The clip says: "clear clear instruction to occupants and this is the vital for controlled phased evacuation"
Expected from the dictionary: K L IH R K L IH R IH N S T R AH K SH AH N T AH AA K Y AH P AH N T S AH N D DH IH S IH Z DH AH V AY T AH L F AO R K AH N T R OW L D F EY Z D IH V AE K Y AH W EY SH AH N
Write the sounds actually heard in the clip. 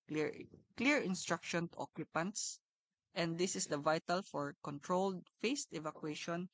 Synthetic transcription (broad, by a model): K L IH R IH R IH N S T R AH K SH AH N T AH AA K Y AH P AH N T S AH N D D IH S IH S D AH V AY T AH L F AO R K AH N T R OW L D F EY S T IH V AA K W EY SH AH N